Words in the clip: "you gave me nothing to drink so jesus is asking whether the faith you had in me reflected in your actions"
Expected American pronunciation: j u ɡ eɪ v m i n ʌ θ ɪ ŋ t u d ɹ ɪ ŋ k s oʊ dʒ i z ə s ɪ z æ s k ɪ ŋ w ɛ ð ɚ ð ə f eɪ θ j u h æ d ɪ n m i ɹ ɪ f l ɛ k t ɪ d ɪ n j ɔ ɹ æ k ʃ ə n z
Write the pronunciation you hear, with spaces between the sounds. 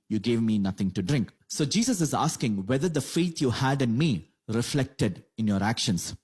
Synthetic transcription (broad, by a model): j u ɡ eɪ v m i n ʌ t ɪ ŋ t u d ɹ ɪ ŋ k s oʊ dʒ i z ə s ɪ z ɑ s k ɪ ŋ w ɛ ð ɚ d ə f eɪ t j u h æ d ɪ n m i ɹ ɪ f l ɛ k t ɪ d ɪ n j ɔ ɹ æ k ʃ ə n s